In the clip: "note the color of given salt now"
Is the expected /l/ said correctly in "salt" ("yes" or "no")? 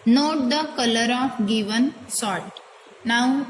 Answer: no